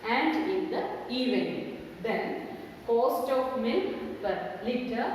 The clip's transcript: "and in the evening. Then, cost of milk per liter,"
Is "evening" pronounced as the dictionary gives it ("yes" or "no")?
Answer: no